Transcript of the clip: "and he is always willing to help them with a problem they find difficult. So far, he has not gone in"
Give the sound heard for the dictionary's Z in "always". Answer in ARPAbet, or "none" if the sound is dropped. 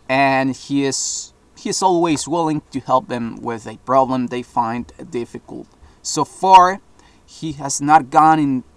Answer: Z